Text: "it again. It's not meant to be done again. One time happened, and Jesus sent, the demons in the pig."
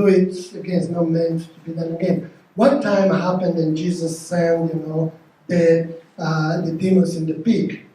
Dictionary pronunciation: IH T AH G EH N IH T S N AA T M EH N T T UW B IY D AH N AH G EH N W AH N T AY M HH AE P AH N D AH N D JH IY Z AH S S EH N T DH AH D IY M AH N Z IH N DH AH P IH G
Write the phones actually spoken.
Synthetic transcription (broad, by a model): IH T AH G EH N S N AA M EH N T T UW B IY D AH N AH G EH N W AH T AY M HH AE P AH N D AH N JH IY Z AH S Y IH N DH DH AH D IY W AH Z IH N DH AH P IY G